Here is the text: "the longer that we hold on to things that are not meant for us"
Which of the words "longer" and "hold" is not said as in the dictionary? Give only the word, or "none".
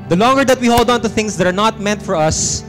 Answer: none